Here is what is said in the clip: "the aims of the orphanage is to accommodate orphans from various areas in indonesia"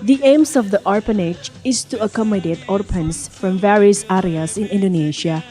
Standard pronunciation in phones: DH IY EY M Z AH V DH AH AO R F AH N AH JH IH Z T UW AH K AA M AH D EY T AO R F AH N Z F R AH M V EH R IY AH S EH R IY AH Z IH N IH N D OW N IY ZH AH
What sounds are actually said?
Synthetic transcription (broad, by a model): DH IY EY M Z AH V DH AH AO R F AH N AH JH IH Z T UW AH K AA M AH D EY T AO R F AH N S F R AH M V EH R IY AH S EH R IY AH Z IH N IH N D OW N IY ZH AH